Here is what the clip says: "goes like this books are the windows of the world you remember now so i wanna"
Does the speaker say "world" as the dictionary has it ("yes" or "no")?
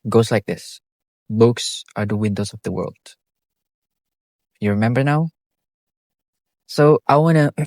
yes